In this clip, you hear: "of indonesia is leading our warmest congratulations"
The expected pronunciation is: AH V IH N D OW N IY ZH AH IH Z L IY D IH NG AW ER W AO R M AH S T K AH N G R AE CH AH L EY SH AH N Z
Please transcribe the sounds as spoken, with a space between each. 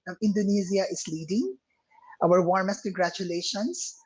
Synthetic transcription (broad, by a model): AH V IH N D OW N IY Z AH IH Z L IY D IH NG AW ER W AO R M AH S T K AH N G R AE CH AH L EY SH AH N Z